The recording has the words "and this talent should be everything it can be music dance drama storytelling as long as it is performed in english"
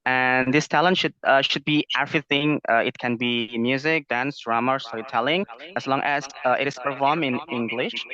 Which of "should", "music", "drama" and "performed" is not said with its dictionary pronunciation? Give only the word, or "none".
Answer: performed